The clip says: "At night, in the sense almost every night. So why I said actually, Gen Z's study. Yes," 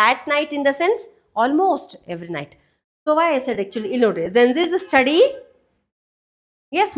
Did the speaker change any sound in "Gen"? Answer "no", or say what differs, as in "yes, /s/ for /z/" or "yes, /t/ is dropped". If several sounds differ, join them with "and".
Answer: yes, /z/ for /dʒ/